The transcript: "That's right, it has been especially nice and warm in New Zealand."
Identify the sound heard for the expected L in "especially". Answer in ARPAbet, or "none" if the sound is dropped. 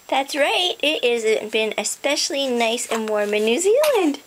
L